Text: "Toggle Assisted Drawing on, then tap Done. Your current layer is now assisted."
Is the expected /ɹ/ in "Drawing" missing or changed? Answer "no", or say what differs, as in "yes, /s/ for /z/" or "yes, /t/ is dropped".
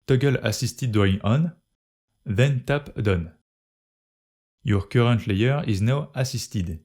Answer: yes, /ɹ/ is dropped